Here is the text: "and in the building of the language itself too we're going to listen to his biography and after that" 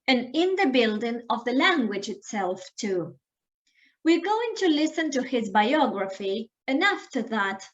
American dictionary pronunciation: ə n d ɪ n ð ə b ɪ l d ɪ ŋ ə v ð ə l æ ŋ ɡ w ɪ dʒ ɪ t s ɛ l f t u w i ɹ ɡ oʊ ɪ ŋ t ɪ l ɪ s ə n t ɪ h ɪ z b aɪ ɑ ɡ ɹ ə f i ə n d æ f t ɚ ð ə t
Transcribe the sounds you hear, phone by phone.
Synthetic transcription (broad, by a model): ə n ɪ n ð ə b ɪ l d ɪ ŋ ə v ð ə l æ ŋ ɡ w ɪ dʒ ɪ t s ɛ l f t u w i ɹ ɡ oʊ ɪ ŋ t ɪ l ɪ s ə n t ɪ h ɪ z b aɪ ɑ ɡ ɹ ə f i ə n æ f t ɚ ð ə t